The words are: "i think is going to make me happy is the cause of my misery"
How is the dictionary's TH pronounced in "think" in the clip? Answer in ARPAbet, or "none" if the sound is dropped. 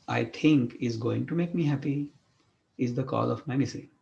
T